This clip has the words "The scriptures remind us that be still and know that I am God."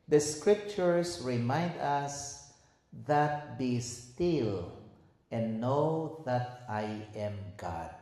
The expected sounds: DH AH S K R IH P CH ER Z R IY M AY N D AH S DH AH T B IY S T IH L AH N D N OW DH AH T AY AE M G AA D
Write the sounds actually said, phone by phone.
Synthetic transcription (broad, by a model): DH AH S K R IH P CH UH S R IY M AY N D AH S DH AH T B IY S T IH L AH N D N OW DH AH T AY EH M G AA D